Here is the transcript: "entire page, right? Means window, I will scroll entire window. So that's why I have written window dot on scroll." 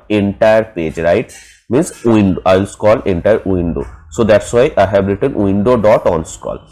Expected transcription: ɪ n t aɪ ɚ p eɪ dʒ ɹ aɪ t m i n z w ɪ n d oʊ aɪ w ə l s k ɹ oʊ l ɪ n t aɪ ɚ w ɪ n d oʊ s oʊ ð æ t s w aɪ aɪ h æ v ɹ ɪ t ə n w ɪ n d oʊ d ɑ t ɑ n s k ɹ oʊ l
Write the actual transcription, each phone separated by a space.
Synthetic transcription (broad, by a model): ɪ n t aɪ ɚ p eɪ dʒ ɹ aɪ t m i n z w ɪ n d oʊ aɪ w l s k oʊ l ɪ n t aɪ ɚ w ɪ n d oʊ s oʊ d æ t s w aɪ aɪ h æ b ɹ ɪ t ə n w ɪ n d oʊ d ɑ t ɑ n s k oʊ l